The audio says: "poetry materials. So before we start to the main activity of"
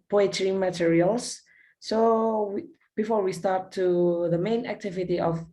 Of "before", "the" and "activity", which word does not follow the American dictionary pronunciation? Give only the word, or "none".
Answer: none